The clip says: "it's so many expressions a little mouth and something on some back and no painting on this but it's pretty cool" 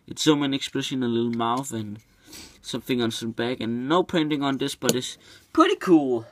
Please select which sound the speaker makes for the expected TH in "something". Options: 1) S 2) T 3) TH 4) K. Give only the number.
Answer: 3